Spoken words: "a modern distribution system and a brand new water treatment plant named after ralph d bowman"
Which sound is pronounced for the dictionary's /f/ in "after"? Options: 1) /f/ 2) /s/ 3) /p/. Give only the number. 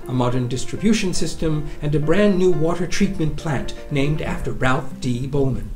1